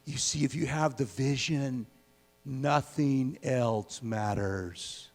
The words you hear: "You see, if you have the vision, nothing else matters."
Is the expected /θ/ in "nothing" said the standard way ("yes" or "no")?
yes